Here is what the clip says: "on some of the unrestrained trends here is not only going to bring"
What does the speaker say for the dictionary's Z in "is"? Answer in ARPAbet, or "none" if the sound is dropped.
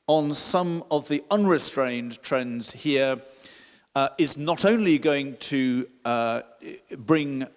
Z